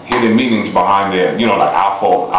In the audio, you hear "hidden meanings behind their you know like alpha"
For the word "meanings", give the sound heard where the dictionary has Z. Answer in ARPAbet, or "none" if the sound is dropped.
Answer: Z